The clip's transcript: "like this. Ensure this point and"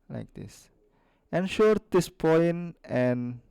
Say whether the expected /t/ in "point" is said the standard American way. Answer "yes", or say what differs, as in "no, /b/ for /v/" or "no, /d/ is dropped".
no, /t/ is dropped